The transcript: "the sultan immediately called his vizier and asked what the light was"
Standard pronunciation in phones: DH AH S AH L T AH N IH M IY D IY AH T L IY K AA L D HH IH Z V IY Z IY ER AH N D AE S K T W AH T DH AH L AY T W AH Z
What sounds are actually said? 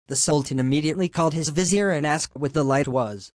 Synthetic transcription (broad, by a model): DH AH S AH L T AH N IH M IY D IY AH T L IY K AA L D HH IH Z V IY Z IY ER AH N AE S K T W AH T DH AH L AY T W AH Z